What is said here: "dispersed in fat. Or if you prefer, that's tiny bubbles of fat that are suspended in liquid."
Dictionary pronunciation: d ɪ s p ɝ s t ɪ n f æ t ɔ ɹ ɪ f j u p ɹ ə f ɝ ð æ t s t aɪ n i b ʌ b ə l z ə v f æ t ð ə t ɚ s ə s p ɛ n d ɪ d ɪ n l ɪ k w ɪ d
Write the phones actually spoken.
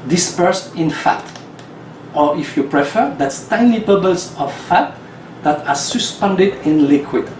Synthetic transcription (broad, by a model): d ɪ s p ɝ s t ɪ n f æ t ɔ ɹ ɪ f j u p ɹ ə f ɝ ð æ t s t aɪ n i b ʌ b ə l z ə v f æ t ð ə t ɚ s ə s p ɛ n d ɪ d ɪ n l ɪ k w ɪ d